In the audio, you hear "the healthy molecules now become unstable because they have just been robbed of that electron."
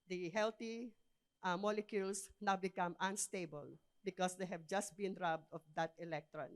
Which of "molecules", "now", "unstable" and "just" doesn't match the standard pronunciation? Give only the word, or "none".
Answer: molecules